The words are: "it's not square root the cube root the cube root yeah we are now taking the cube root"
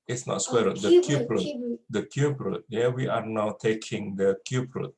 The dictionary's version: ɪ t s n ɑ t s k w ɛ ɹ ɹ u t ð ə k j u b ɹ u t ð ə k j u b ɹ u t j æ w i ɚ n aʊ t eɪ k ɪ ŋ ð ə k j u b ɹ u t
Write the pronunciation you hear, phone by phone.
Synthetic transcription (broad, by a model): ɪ t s n ɑ t s w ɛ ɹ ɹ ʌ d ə k j u b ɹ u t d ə k j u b ɹ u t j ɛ w i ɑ n aʊ t eɪ k ɪ ŋ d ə k j u b ɹ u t